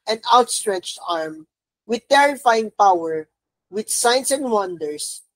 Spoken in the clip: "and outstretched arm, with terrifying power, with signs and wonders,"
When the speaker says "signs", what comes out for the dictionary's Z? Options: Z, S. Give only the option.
S